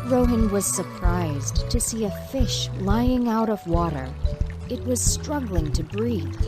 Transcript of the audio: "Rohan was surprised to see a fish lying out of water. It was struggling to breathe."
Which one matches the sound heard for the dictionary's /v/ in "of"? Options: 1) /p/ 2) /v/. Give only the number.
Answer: 2